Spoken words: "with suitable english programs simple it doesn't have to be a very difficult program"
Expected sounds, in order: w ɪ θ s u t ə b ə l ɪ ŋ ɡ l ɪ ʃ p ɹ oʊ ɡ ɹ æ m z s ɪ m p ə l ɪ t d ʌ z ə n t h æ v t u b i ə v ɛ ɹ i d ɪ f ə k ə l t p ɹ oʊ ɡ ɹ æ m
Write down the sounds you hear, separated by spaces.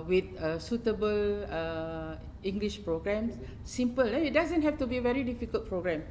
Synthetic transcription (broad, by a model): w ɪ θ s u t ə b ə l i ŋ ɡ l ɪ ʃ p ɹ oʊ ɡ ɹ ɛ m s s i m p ə l ɪ t d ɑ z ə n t h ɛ f t u b i ə v ɛ ɹ i d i f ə k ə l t p ɹ oʊ ɡ ɹ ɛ m